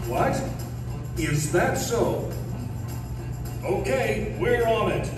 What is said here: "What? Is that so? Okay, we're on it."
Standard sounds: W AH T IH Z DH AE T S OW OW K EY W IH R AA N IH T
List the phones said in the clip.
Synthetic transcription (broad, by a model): W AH T IH Z DH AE T S OW OW K EY W IH R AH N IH T